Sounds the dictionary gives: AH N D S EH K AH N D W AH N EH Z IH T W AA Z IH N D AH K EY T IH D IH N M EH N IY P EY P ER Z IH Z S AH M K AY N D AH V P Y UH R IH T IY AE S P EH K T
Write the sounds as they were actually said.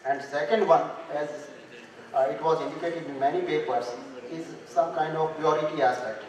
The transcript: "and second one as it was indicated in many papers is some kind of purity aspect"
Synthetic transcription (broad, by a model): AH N D S EH K AH N D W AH N EH Z IH T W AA Z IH N D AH K EY T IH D IH N M EH N IY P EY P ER S IH Z S AH M K AY N D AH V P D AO R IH T IY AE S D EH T